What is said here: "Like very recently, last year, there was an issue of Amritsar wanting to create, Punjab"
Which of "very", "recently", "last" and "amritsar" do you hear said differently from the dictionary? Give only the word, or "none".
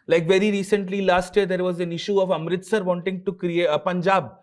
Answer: none